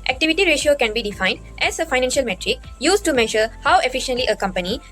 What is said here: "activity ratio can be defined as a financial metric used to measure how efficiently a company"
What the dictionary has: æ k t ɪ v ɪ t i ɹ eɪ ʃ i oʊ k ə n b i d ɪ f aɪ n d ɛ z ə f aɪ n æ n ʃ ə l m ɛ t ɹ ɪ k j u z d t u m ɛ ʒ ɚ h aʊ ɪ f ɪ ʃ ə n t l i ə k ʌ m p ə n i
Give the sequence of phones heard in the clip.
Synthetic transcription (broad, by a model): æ k t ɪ v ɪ t i ɹ eɪ ʃ i oʊ k ə n b i d ɪ f aɪ n d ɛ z ə f aɪ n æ n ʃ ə l m ɛ t ɹ ɪ k j u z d t u m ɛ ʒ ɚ h aʊ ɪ f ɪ ʃ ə n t l i ə k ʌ m p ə n i